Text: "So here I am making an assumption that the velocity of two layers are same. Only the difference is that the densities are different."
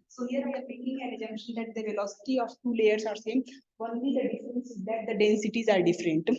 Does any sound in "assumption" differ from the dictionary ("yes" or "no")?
yes